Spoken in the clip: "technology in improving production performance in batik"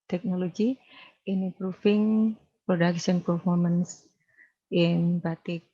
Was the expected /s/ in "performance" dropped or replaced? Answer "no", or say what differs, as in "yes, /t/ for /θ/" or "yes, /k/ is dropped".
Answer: no